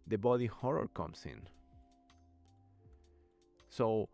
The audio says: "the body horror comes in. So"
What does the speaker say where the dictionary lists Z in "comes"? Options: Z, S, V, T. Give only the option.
S